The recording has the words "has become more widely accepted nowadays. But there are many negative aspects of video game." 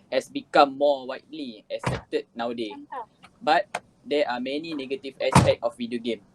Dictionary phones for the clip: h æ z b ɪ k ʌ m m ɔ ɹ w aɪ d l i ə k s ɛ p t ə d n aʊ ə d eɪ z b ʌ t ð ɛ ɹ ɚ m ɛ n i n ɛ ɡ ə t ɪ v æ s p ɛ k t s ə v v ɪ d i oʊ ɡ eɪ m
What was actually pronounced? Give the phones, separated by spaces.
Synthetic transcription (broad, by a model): h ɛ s b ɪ k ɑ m m ɔ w aɪ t l i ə s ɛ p t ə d n aʊ d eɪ b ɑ t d ɛ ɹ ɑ m ɛ n i n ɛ ɡ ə t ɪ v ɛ s p ɛ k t ə f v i d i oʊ ɡ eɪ m